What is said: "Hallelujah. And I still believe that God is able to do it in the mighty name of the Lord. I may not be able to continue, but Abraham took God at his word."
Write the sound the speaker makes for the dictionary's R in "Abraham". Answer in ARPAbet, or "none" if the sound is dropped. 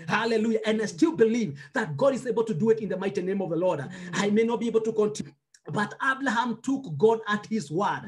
L